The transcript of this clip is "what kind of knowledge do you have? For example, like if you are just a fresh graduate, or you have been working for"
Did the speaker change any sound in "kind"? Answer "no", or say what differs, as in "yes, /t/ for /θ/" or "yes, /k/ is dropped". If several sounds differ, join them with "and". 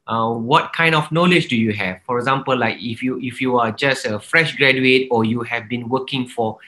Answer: no